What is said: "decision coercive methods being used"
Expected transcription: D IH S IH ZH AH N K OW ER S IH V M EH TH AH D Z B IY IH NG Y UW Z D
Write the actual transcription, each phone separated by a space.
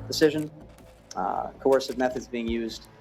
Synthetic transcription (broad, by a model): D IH S IH ZH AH N K OW ER S IH V M EH TH AH D Z B IY IH NG Y UW Z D